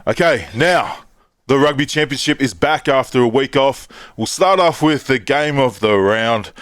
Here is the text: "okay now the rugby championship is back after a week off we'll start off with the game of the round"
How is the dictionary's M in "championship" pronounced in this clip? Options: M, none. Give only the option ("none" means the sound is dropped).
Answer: M